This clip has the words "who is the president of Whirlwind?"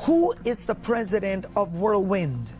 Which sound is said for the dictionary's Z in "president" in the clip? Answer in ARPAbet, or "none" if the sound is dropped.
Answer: Z